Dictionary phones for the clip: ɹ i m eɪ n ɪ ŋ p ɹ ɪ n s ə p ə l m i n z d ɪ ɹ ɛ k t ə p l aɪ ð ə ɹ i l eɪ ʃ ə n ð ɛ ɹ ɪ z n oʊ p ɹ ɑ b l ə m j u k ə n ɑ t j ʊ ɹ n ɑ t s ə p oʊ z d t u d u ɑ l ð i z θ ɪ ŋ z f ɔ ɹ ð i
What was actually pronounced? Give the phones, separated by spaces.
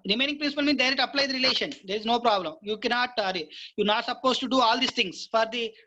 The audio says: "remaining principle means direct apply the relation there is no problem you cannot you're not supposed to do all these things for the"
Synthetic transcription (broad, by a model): ɹ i m eɪ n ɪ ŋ p ɹ ɪ n s ə p ə l m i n d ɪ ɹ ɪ t ə p l aɪ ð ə ɹ i l eɪ ʃ ə n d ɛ ɹ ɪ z n oʊ p ɹ ɑ b l ə m j u k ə n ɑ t j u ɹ n ɑ t s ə p oʊ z t u d u ɑ l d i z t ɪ ŋ s f ɔ ɹ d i